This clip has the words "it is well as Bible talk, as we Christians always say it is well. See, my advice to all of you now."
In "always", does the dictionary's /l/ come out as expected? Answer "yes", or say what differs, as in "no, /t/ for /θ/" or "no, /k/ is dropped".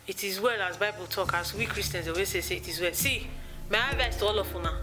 no, /l/ is dropped